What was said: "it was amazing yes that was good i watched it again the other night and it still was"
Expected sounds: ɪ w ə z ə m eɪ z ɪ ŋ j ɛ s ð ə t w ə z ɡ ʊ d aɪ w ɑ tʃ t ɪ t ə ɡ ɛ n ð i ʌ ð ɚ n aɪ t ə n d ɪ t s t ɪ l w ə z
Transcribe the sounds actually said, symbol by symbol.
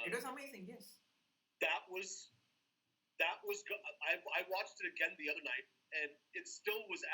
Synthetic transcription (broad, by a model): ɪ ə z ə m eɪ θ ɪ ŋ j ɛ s ð ə t w ə z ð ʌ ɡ aɪ w ɑ tʃ t ɪ t ə ɡ ɛ n ð i ʌ ð ɚ n aɪ t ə n ɪ t s t ɪ l w ə z